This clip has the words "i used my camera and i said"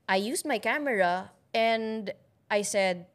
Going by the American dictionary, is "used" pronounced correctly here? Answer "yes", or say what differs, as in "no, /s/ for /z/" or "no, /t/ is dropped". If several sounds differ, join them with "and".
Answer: no, /s/ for /z/